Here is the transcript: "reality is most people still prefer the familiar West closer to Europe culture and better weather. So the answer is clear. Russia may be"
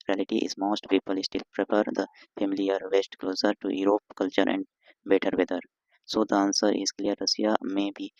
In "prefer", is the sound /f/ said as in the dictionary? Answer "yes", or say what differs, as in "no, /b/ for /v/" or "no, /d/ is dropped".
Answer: no, /p/ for /f/